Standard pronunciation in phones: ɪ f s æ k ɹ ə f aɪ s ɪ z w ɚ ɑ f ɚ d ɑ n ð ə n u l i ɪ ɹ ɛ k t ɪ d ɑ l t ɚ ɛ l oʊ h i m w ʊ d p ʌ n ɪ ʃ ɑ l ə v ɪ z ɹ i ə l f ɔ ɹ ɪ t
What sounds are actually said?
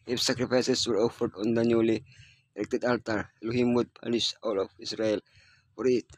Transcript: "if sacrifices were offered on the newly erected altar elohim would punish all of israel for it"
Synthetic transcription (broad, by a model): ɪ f s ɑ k ɹ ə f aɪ s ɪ s w ɚ ɑ f ɚ d ɑ n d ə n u l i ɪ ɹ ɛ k t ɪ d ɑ l t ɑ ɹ l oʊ h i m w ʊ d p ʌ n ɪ s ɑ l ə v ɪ s ɹ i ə l f ɔ ɹ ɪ t